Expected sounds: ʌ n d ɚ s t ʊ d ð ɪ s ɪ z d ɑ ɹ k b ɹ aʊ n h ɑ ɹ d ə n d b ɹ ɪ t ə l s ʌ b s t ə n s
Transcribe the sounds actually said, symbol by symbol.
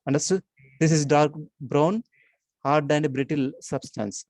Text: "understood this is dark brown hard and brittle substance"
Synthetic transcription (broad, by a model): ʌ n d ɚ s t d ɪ s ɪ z d ɑ ɹ k b ɹ aʊ n h ɑ ɹ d ə n d b ɹ ɪ t ə l s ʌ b s t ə n s